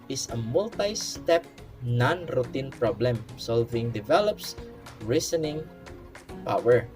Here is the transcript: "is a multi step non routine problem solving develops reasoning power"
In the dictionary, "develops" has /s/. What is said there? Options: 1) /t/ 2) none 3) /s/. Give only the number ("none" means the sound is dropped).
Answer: 3